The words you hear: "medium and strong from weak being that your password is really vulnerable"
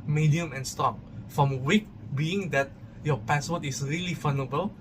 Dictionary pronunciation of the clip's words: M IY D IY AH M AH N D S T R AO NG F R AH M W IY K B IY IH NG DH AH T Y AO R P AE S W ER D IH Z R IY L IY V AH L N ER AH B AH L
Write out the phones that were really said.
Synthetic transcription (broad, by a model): M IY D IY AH M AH N S T AO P F R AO M W IY K B IY IH NG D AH T Y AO P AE S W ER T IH S R IY L IY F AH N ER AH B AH L